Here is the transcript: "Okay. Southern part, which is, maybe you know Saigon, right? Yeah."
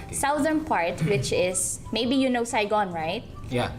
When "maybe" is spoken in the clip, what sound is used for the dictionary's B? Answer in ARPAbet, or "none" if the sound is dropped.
B